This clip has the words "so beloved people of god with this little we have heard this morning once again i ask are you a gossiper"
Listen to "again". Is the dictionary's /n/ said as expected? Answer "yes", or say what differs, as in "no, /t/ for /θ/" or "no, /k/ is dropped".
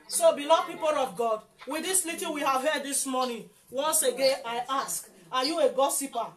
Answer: yes